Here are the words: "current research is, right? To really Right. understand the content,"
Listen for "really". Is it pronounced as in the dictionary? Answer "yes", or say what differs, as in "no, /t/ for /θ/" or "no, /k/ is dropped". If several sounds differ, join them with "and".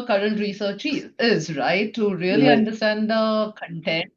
no, /l/ is dropped